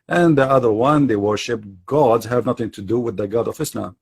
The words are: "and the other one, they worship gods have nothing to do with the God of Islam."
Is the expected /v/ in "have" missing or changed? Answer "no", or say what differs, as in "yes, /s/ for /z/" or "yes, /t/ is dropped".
no